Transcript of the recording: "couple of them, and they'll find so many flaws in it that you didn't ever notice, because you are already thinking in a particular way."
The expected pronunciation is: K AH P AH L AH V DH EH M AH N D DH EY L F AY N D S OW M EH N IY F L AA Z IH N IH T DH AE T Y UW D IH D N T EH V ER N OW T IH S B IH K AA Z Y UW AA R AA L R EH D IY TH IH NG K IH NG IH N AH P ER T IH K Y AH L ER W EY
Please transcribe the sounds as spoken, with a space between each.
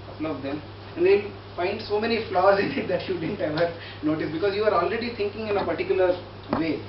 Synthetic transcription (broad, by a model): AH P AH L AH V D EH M AH N D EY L F AY N D S OW M EH N IY F L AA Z IH N IH T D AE T Y UW D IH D N T EH V ER N OW T IH S B IH K AA Z Y UW AA R AA L R EH D IY T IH NG K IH NG IH N AH P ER T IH K Y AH L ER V EY